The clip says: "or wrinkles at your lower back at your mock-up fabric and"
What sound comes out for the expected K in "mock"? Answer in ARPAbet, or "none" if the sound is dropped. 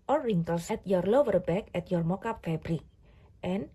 K